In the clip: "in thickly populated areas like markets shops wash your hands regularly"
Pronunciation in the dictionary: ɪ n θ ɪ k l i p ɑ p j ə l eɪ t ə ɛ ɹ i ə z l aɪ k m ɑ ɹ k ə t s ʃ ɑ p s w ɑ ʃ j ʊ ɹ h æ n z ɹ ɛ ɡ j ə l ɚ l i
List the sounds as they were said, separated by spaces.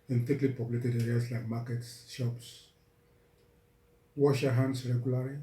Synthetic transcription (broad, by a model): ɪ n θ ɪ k l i p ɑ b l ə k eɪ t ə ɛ ɹ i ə s l aɪ k m ɑ k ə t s ʃ ɑ p s w ɑ ʃ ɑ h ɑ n s ɹ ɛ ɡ j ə l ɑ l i